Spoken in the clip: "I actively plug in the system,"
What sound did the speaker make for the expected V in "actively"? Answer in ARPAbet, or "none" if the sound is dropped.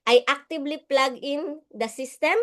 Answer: B